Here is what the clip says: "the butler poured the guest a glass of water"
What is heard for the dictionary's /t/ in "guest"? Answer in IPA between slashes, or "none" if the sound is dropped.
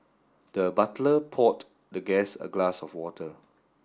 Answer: none